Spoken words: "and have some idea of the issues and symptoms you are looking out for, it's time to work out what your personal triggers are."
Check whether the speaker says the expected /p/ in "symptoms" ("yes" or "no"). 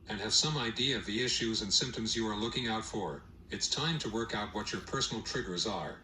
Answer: yes